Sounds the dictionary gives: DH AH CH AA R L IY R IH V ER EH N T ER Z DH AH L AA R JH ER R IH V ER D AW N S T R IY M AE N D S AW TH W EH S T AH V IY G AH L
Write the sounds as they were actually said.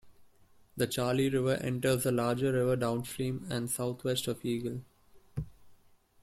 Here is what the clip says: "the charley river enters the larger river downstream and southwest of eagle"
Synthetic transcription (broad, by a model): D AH CH AA R L IY R IH V ER EH N T ER Z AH L AA R JH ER R IH V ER D AW N S T R IY M AE N D S AW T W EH S T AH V IY G AH L